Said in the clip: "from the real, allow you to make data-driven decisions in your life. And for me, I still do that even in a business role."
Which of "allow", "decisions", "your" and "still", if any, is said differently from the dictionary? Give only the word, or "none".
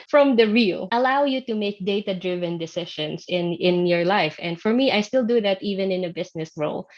decisions